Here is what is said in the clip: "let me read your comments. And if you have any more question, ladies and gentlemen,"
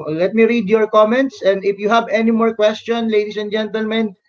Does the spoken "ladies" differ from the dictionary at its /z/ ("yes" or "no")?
yes